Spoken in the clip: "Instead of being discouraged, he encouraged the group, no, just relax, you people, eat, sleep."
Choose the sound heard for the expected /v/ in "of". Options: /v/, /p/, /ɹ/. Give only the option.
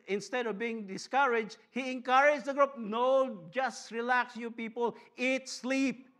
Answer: /v/